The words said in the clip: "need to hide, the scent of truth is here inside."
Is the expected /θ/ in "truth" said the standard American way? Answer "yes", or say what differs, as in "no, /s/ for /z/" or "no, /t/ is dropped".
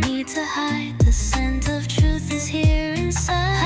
yes